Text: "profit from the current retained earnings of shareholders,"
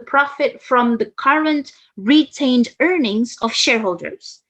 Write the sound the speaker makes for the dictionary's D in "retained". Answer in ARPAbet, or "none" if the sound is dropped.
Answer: D